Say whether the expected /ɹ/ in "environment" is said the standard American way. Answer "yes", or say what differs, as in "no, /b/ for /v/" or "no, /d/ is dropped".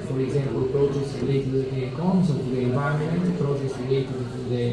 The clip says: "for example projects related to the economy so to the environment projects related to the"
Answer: no, /ɹ/ is dropped